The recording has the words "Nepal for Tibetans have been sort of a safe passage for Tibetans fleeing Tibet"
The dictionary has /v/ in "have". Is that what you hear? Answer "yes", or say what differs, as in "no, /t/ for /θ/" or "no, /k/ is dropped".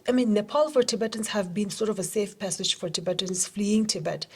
yes